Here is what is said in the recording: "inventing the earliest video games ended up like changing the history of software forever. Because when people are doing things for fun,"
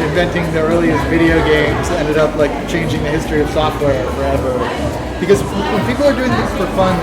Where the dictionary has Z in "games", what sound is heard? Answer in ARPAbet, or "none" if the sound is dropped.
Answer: Z